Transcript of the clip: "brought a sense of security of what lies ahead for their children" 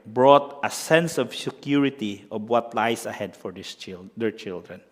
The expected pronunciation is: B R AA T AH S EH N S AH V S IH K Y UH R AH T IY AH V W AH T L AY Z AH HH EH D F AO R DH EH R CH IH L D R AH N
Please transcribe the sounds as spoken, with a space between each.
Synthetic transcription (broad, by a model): B R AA T AH S EH N S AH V S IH K Y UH R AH T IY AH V W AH T L AY S AH HH EH D F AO R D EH R CH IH L D R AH N